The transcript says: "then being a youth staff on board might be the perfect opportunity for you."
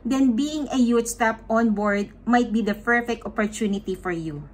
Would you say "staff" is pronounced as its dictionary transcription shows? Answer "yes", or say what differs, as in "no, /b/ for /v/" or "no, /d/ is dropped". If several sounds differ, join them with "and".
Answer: no, /p/ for /f/